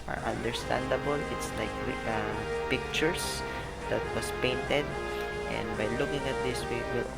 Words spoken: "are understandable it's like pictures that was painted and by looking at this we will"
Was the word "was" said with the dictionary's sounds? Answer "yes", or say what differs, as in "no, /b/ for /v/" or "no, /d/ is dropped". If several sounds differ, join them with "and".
no, /s/ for /z/